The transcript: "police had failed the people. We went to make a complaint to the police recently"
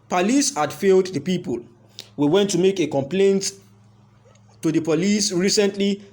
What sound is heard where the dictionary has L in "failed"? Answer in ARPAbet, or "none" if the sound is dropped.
L